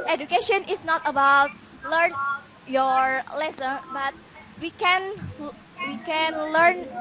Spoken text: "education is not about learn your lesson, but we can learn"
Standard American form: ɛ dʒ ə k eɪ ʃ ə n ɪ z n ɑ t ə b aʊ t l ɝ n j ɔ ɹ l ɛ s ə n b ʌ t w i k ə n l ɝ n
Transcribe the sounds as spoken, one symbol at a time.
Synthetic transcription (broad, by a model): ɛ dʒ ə k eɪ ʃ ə n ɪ s n ɑ t ə b aʊ t l ɝ n j ɔ ɹ l ɛ s ə n b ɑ t w i k ə n l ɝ n